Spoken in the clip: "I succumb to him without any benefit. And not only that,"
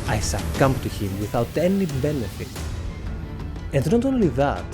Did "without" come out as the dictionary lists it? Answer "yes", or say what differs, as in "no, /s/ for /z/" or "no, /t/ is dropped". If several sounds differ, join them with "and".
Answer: yes